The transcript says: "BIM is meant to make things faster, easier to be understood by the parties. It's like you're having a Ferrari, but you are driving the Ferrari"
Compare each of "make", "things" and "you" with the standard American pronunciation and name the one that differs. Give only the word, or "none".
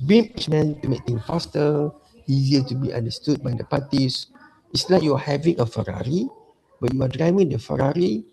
things